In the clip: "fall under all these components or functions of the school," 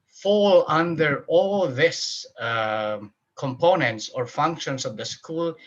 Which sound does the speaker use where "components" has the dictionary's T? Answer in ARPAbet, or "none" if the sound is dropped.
T